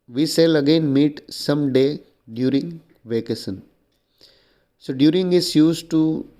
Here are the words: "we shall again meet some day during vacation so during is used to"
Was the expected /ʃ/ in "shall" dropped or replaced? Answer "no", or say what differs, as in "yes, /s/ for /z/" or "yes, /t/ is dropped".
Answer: yes, /s/ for /ʃ/